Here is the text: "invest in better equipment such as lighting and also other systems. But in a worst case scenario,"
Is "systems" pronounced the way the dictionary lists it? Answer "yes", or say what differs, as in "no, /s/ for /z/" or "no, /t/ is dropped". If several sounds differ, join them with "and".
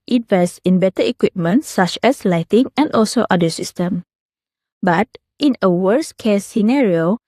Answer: no, /z/ is dropped